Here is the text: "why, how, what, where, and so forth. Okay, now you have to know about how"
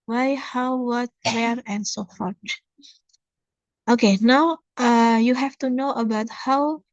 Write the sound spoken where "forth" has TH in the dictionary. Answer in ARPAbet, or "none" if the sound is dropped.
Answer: T